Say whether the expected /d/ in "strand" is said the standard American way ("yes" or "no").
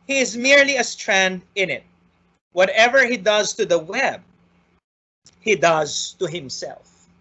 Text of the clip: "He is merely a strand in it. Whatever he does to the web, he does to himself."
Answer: yes